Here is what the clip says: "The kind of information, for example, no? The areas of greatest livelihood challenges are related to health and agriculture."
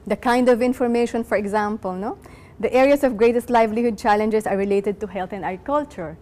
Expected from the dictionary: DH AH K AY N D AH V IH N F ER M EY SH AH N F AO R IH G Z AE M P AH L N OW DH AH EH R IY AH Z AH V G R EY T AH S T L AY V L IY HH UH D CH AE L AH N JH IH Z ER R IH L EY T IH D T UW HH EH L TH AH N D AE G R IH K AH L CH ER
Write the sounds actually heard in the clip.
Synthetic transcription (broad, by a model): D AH K AY N D AH V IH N F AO M EY SH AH N F AO R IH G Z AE M P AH L N OW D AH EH R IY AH S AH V G R EY T AH S T L AY V L IY HH UH D CH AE L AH N JH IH S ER R IH L EY T IH D T UW HH EH L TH AH N D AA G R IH K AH L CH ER